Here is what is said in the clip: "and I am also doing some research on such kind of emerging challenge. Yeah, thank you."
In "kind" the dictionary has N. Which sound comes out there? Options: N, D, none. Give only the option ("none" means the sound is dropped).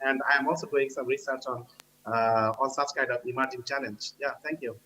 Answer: none